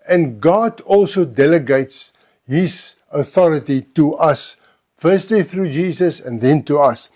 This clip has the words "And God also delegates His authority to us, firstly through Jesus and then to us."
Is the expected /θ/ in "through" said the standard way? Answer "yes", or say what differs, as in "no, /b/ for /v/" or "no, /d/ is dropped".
yes